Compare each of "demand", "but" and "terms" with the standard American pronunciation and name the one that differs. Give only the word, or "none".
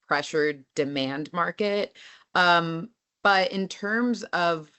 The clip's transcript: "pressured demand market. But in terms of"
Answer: none